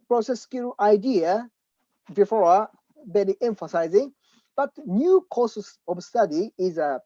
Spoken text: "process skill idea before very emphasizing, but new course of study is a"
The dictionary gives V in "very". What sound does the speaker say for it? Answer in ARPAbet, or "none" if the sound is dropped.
B